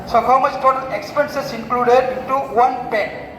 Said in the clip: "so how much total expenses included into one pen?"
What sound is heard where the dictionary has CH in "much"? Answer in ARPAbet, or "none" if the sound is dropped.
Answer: S